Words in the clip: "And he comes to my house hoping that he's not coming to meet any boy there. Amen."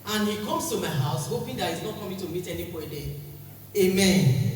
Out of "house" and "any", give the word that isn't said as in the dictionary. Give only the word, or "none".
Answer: none